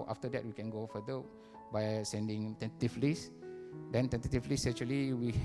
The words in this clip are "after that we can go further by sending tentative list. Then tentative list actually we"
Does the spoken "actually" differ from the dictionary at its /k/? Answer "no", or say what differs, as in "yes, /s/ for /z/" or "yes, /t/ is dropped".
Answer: yes, /k/ is dropped